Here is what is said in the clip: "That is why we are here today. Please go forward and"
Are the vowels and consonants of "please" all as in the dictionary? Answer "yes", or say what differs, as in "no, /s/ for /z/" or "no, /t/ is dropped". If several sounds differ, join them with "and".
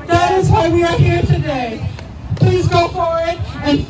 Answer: yes